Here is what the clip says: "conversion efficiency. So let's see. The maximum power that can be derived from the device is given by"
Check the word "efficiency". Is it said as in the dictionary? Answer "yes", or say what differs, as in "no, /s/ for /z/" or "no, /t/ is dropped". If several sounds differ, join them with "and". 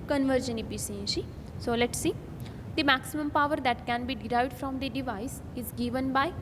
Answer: no, /p/ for /f/ and /s/ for /ʃ/